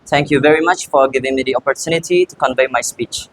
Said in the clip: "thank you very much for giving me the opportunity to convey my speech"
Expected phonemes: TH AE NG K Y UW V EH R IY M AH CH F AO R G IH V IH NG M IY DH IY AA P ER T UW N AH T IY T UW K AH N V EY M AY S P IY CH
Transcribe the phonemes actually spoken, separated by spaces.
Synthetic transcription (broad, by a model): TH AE NG K Y UW V EH R IY M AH CH F AO R G IH V IH NG M IY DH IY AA P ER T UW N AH T IY T UW K AH N V EY M AY S P IY CH